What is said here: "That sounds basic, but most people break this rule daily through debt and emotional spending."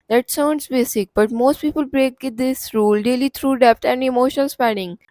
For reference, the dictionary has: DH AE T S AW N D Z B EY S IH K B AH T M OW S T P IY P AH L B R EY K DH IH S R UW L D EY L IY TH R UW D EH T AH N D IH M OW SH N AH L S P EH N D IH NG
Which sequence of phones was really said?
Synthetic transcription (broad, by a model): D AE T S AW N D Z B EY S IH K B AH T M OW S T P IY P AH L B R EY K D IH S R UW L D EY L IY T R UW D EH T AH N D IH M OW SH AH N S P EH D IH NG